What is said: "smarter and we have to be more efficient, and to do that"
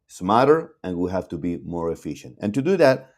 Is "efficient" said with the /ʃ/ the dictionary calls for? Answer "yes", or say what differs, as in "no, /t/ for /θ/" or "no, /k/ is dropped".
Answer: yes